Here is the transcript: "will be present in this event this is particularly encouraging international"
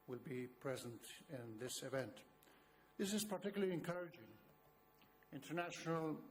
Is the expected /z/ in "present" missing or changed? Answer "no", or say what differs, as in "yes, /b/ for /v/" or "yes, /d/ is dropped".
no